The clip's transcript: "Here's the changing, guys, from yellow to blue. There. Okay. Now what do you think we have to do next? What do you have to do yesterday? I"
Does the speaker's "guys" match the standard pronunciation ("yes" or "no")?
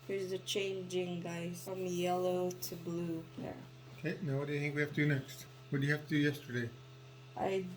no